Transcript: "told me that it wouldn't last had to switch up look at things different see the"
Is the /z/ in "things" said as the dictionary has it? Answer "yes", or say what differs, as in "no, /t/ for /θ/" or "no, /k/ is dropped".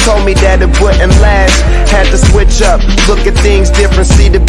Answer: yes